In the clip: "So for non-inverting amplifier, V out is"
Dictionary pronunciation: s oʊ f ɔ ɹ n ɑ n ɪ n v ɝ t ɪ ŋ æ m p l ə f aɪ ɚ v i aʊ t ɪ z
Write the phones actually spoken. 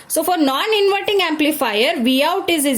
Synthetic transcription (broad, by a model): s oʊ f ɔ ɹ n ɑ n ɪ n v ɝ t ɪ ŋ æ m p l ə f aɪ ɚ v i aʊ t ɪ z